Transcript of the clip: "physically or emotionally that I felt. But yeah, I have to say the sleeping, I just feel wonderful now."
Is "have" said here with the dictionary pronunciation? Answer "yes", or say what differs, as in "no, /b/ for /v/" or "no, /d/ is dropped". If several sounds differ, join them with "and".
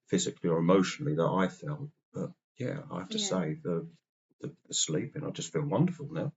no, /f/ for /v/